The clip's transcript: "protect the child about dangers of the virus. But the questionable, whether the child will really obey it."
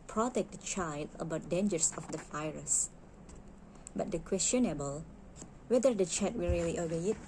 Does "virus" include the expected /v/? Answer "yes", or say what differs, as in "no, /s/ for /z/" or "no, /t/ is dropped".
no, /f/ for /v/